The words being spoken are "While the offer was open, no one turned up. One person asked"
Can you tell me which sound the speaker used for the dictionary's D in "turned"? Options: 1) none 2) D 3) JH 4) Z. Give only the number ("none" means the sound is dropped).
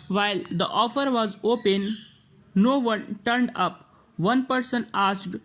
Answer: 2